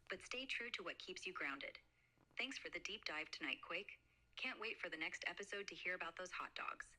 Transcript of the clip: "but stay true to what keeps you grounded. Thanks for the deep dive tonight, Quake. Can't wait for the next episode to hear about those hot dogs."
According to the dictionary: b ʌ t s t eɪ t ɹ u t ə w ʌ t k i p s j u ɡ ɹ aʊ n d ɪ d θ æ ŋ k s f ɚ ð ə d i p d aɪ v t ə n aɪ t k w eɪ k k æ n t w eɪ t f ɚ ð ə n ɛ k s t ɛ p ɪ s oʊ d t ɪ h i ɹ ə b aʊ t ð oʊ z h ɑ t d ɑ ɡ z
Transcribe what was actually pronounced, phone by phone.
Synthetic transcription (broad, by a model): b ʌ t s t eɪ t ɹ u t ə w ʌ t k i p s j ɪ ɡ ɹ aʊ n d ɪ d θ æ ŋ k s f ɚ ð ə d i p d aɪ v t ə n aɪ t k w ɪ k k æ n t w eɪ t f ɚ ð ə n ɛ k s t ɛ p ɪ s oʊ d t ɪ h i ɹ ə b aʊ t ð oʊ z h ɑ t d ɑ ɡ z